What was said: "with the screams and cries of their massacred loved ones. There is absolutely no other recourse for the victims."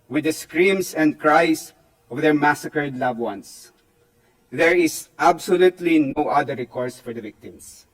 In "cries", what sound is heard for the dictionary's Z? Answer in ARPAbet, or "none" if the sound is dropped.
S